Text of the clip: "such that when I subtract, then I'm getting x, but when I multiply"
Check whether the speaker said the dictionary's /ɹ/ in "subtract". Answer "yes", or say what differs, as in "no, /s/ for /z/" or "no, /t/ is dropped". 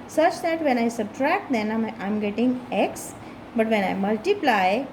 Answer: yes